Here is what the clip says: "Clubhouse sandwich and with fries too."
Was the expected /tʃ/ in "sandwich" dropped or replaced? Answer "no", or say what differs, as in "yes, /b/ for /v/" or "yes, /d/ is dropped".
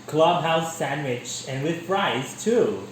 no